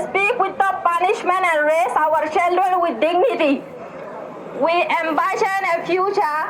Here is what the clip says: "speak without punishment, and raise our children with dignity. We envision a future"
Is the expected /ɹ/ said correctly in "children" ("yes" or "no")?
no